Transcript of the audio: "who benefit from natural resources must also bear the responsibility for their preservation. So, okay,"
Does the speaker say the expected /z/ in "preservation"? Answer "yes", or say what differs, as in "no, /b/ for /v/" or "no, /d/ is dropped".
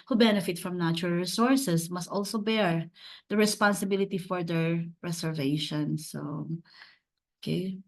no, /s/ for /z/